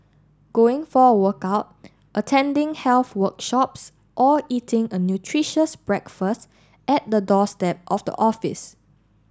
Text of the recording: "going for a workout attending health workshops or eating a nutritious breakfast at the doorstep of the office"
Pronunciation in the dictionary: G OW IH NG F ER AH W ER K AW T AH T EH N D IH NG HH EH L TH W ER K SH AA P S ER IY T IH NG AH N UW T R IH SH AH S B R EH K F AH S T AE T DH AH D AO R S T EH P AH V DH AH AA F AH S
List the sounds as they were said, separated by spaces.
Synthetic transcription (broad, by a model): G OW IH NG F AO AH W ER K AW T AH T EH N D IH NG HH EH L TH W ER K SH AA P S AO IY T IH NG AH N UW T R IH SH AH S B R EH K F AH S T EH T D AH D AO S T EH P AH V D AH AA F AH S